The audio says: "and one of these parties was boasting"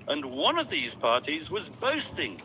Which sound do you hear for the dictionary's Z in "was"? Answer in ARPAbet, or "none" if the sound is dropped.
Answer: Z